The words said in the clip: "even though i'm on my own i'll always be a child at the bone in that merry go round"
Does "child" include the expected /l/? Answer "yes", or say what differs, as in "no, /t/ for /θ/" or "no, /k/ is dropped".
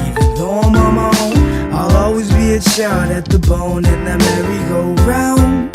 no, /l/ is dropped